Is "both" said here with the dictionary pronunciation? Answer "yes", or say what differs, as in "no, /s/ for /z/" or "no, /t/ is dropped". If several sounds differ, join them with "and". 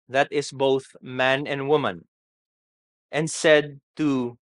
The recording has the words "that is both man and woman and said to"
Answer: yes